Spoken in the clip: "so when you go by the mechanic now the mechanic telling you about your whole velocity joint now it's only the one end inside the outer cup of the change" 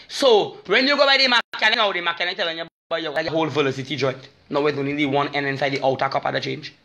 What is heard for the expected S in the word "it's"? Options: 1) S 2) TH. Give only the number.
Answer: 2